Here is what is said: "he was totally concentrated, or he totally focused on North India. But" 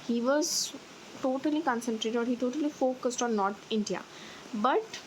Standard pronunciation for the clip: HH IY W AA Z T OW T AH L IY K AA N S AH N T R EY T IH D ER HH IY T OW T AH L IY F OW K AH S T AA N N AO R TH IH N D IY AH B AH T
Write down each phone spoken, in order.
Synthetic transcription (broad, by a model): HH IY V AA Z T OW T AH L IY K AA N S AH N T R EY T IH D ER HH IY T OW T AH L IY F OW K AH S T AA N N AO R T IH N D IY AH B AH T